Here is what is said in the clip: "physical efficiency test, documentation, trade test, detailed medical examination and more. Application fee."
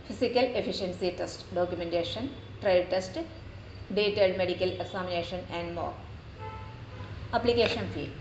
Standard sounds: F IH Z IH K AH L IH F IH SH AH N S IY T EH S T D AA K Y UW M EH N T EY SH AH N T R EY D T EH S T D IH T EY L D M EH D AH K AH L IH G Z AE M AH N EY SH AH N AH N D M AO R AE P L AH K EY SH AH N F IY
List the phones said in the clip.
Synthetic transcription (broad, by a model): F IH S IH K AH L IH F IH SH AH N S IY T EH S T D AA K Y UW M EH N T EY SH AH N T R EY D T EH S T D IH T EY D M EH D AH K AH L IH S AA M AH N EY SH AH N AH N D M AO R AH P L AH K EY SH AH N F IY